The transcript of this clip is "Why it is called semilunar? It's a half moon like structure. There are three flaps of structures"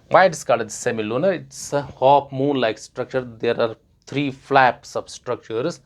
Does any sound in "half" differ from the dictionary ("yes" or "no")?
yes